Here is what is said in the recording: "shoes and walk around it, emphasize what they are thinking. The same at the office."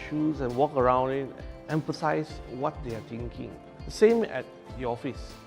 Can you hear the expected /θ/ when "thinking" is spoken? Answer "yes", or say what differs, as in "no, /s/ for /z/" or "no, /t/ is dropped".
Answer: no, /t/ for /θ/